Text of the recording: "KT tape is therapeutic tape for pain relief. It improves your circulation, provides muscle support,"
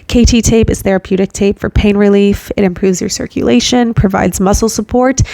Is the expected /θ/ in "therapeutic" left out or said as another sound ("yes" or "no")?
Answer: no